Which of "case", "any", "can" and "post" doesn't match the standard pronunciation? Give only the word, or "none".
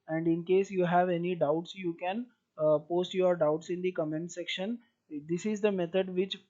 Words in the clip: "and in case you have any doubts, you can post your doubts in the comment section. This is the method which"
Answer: none